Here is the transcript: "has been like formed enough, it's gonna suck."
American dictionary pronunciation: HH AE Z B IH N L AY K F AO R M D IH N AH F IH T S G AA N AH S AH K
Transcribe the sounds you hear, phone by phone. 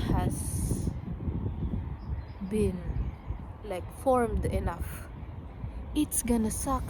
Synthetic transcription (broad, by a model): HH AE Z B IH N L AY K F AO R M D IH N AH F IH T S G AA N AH S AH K